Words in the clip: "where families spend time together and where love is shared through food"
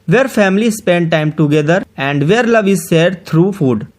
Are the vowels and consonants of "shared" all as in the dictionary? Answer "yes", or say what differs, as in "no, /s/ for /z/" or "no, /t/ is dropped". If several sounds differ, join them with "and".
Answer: no, /s/ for /ʃ/